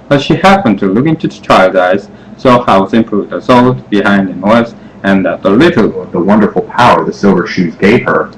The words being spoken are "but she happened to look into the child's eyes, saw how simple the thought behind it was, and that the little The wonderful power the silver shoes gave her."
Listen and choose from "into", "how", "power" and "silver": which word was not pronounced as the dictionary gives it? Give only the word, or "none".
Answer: none